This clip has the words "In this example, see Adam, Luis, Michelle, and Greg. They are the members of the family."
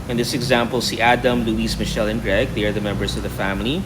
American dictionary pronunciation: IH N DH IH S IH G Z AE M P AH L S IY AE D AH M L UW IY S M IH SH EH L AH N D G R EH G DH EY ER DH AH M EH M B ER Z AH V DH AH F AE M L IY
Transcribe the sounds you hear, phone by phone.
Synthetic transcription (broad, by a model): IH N DH IH S IH G Z AE M P AH L S IY AE D AH M L UW IY S M IH SH EH L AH N G R EH G DH EY ER DH AH M EH M B ER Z AH V DH AH F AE M L IY